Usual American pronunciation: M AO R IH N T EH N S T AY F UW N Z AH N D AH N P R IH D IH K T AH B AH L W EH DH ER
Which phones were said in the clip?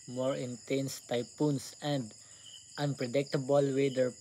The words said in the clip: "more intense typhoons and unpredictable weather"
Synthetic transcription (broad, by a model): M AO R IH N T EH N S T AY P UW N S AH N D AH N P R IH D IH K T AH B AH L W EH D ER